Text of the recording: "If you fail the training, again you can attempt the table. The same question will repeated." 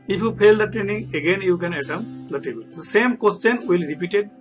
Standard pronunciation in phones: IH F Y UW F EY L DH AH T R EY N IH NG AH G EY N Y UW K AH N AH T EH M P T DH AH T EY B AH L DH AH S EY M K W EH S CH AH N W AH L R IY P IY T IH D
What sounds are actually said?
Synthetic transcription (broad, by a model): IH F Y UW P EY L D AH T R EY N IH NG AH G EY N Y UW K AH N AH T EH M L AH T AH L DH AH S EY M K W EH S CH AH N W AH L R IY P IY T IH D